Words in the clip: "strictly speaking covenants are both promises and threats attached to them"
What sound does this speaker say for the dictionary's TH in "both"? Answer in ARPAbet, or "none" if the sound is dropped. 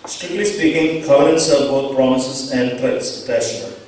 T